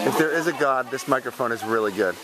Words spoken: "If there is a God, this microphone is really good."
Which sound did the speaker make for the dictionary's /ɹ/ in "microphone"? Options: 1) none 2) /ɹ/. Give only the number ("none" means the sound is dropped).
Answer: 2